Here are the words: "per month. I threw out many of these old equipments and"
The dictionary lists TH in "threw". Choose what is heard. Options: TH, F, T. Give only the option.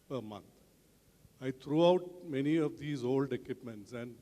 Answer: T